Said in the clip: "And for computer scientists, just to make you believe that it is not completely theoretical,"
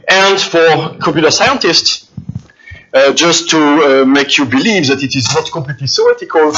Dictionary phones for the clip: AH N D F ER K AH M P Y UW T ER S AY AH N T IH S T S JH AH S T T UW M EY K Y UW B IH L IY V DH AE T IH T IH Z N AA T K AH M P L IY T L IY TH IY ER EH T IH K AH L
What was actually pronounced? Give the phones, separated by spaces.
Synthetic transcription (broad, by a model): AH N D F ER K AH P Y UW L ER S AY AH N T IH S T S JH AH S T T UW M EY K Y UW B IH L IY V DH AE T IH T IH Z N AA T K AH M P L IY T L IY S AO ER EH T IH K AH L